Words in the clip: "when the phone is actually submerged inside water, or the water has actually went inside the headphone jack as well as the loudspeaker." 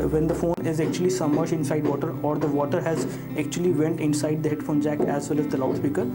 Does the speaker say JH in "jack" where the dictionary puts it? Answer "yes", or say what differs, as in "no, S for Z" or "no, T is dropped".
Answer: yes